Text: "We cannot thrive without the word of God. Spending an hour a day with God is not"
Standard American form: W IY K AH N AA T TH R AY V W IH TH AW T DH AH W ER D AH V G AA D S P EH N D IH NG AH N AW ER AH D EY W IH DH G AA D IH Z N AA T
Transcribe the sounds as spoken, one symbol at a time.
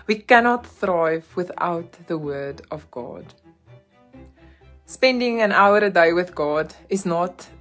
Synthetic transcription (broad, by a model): W IY K AH N AA T TH R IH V W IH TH AW T DH AH W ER D AH V G AA D S P EH N D IH NG AH N AW ER AH D EY W IH DH G AA D IH Z N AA T